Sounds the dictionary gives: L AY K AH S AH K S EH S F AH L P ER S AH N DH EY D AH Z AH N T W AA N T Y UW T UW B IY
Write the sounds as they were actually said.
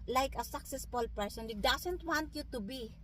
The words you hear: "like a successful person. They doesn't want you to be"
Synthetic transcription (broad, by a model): L AY K AH S AH K S EH S F AH L P ER S AH N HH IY D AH S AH N T W AA N T Y UW T UW B IY